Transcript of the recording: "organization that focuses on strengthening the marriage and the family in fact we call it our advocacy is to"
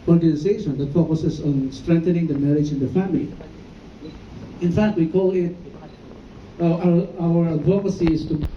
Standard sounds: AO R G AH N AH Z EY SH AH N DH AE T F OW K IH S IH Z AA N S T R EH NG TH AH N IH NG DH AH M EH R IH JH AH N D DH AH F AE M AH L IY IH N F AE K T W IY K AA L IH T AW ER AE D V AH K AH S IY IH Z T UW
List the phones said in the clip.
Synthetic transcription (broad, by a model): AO R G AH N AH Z EY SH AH N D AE T F OW K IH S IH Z AA N S T R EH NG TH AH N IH NG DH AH M EH R IH JH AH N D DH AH F AE M AH L IY IH N F AE K T W IY K AA L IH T AW ER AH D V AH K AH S IY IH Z T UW